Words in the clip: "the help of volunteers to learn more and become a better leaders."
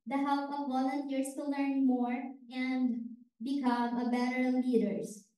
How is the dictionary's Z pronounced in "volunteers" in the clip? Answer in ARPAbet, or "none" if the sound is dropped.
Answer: S